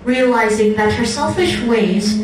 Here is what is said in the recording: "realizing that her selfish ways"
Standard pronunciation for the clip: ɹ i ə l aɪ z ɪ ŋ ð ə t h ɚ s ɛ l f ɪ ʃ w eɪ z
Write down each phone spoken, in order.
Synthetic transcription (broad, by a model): ɹ i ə l aɪ z ɪ ŋ ð ə t h ɚ s ɛ l f ɪ ʃ w eɪ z